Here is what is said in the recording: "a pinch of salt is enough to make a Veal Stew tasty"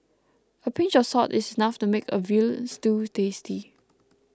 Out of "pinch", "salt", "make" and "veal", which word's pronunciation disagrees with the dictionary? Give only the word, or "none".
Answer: salt